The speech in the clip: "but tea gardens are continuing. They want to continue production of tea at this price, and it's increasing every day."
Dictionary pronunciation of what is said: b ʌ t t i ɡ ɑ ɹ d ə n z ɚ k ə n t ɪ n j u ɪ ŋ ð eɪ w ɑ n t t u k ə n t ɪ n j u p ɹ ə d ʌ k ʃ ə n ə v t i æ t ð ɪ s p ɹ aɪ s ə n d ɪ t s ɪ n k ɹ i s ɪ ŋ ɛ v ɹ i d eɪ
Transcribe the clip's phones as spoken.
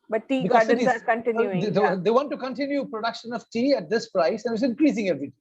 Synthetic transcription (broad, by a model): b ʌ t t i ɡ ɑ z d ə z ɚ k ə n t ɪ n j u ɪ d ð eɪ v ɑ n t t u k ə n t ɪ n j u p ɹ ə d ʌ k ʃ ə n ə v t i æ t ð ɪ s p ɹ aɪ s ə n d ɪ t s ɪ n k ɹ i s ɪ ŋ ɛ v ɹ i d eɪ